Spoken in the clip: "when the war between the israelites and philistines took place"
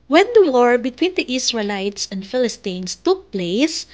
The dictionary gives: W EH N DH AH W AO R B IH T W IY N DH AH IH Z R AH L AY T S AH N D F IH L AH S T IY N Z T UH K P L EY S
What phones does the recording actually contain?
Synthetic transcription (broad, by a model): W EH N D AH W AO R B IH T W IY N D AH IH S R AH L AY T S AH N D F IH L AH S T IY N S T UH K P L EY S